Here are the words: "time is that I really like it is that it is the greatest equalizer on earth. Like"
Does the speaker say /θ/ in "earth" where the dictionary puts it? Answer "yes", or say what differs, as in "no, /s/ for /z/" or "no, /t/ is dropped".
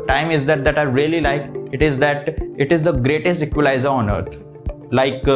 no, /t/ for /θ/